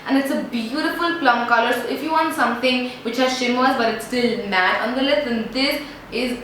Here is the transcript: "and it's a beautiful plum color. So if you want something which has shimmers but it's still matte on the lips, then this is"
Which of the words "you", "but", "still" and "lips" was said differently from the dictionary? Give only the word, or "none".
lips